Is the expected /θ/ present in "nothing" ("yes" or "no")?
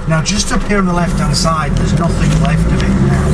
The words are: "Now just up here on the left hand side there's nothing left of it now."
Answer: yes